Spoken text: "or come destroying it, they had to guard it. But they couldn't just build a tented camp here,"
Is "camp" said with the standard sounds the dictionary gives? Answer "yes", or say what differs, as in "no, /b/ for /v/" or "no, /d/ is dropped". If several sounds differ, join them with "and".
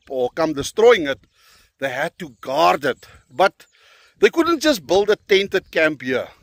yes